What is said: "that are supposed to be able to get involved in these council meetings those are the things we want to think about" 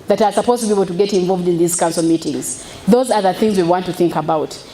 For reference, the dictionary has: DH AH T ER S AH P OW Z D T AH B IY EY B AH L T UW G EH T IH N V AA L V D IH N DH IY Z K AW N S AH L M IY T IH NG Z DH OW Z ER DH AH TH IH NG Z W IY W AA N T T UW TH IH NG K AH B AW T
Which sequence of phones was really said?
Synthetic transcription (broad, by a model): DH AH T ER S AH P OW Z T AH B IY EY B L T UW G EH T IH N V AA L V D IH N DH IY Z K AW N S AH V M IY T IH NG Z DH OW Z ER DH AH TH IH NG Z W IY W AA N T T UW TH IH NG K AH B AW T